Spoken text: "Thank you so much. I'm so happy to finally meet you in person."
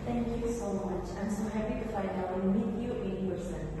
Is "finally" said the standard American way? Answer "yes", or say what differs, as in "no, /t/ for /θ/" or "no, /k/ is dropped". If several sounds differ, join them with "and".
no, /w/ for /l/